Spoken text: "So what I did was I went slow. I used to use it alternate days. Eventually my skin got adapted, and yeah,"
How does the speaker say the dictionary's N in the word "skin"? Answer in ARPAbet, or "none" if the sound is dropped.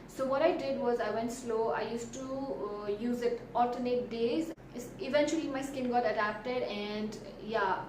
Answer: N